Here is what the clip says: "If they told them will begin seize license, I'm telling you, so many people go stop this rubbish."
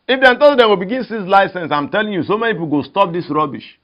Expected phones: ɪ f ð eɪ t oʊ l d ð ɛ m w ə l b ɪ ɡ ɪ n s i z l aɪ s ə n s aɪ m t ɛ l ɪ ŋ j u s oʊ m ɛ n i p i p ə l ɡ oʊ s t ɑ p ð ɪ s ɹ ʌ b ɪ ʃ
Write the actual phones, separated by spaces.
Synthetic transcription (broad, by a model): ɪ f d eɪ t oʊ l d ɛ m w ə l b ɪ ɡ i n s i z l aɪ s ə n s aɪ m t ɛ l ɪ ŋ j u s oʊ m ɛ n i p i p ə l ɡ oʊ s t ɑ p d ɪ s ɹ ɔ b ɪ ʃ